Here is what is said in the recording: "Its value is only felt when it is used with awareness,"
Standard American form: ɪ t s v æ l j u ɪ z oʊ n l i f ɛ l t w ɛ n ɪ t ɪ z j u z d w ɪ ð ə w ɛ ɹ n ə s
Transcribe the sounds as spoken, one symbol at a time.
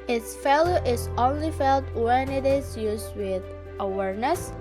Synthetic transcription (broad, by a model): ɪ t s f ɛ l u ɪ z oʊ n l i f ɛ l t w ɛ n ɪ t ɪ z j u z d w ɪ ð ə w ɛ ɹ n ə s